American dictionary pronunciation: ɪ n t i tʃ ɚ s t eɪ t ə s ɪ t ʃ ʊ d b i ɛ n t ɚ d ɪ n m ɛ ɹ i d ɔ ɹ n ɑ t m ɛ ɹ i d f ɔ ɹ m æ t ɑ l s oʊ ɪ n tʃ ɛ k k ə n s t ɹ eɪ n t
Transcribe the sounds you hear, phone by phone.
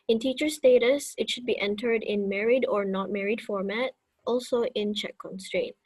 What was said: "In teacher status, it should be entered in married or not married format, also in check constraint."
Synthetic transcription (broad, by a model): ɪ n t i tʃ ɚ s t eɪ t ə s ɪ t ʃ ʊ d b i ɛ n t ɚ d ɪ n m ɛ ɹ i d ɔ ɹ n ɑ t m ɛ ɹ i d f ɔ ɹ m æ t ɑ l s oʊ ɪ n tʃ ɛ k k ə n s t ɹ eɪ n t